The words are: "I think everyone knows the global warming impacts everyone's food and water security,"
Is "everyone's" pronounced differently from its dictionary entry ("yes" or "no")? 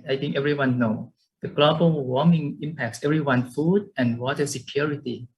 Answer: yes